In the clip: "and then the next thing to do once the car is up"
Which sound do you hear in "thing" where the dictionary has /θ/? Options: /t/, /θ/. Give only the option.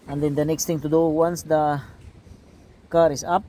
/t/